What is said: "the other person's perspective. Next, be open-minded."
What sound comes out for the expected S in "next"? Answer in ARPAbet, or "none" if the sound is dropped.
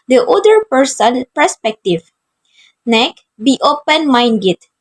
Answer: none